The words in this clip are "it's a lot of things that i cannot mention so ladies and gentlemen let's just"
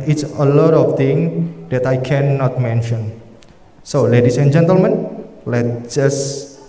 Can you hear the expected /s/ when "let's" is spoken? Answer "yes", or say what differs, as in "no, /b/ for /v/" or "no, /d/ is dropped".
no, /s/ is dropped